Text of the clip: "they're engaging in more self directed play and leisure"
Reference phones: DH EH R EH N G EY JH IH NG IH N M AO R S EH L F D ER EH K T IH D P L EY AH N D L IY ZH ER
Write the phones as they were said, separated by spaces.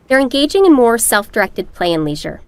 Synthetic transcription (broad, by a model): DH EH R EH N G EY JH IH NG IH N M AO R S EH L F D ER EH K T IH D P L EY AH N L IY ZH ER